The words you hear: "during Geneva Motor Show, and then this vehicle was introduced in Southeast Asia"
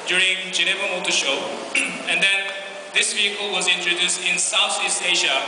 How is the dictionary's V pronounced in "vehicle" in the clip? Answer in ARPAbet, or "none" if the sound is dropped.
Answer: V